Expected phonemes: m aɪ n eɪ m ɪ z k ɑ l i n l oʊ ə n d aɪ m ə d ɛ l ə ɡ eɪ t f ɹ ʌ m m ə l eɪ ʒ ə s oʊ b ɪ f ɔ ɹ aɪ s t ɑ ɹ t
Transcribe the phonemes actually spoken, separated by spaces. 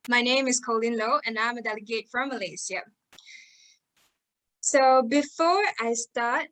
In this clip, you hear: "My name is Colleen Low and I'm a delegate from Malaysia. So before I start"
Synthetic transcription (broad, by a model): m aɪ n eɪ m ɪ z k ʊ l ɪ n l oʊ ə n aɪ m ə d ɛ l ə ɡ eɪ t f ɹ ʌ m m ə l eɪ s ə s oʊ b ɪ f ɔ ɹ aɪ s t ɑ ɹ t